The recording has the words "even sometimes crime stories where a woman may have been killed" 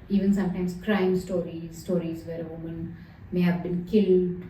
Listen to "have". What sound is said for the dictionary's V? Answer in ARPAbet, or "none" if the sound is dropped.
V